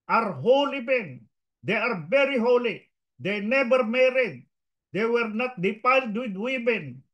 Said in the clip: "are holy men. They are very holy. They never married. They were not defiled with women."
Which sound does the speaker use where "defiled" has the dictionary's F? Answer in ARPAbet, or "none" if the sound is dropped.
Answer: P